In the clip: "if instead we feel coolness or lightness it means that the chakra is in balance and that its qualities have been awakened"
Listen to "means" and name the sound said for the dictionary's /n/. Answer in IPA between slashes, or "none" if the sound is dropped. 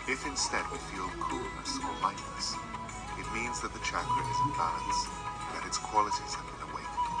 /n/